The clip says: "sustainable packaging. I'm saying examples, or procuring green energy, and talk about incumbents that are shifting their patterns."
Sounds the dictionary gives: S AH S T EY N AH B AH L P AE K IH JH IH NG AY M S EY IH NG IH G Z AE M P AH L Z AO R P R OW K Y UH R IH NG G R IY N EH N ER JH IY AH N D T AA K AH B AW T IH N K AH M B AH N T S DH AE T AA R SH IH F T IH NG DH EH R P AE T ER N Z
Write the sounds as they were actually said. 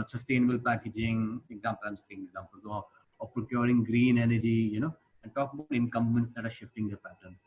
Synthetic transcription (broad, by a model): S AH S T EY N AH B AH L P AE K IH JH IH NG AY M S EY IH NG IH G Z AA M P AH L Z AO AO P R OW K Y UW R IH NG G R IY N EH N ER JH IY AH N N T AA K AH B AW T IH N K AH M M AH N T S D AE T AA R SH IH F T IH NG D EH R P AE T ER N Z